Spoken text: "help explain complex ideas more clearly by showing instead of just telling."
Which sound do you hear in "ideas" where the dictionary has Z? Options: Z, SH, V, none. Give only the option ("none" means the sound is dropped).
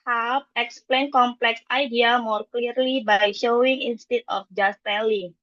none